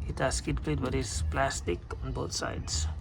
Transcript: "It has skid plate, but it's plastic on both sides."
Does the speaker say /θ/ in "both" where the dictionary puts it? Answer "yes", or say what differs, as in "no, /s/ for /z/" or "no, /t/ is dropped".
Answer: no, /t/ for /θ/